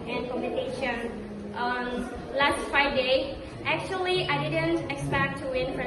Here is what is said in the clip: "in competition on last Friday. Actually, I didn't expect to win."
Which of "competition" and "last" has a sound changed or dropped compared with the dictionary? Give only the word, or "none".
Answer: competition